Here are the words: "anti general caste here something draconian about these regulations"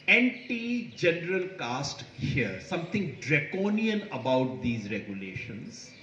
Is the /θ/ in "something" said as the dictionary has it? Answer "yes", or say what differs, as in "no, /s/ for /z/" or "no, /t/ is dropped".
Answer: no, /t/ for /θ/